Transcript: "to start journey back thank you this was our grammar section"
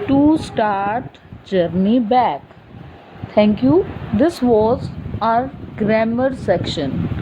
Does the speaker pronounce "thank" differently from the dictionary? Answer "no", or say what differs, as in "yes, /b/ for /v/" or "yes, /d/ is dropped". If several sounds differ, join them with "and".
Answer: yes, /t/ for /θ/